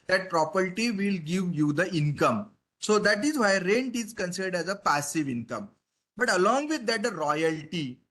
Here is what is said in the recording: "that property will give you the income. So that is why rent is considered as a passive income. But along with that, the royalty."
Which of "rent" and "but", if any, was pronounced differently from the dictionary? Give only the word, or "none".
none